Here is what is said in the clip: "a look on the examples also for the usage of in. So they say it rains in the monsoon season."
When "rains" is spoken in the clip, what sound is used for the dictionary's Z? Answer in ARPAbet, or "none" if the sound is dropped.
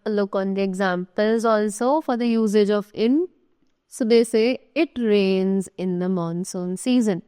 Z